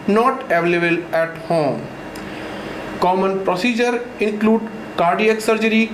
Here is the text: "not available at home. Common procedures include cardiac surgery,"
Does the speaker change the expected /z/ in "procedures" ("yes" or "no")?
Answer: yes